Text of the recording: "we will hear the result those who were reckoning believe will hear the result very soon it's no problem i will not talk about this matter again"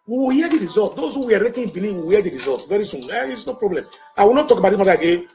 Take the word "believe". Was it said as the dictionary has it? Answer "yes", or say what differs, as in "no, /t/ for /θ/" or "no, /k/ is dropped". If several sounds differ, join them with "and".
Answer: no, /n/ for /l/